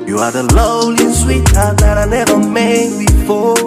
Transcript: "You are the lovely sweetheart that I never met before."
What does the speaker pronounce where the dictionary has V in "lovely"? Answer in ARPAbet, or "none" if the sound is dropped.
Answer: none